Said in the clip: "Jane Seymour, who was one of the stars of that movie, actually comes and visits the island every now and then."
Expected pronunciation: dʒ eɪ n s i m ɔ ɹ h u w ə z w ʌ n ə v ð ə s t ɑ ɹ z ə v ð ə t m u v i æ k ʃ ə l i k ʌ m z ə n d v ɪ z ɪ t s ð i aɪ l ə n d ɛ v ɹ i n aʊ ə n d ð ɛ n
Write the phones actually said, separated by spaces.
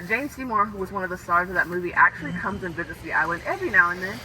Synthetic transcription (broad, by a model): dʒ eɪ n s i m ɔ ɹ h u w ə z w ʌ n ə v ð ə s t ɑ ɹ z ə v ð ə t m u v i æ k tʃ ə l i k ʌ m z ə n v ɪ z ɪ t s ð i aɪ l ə n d ɛ v ɹ i n aʊ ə n ð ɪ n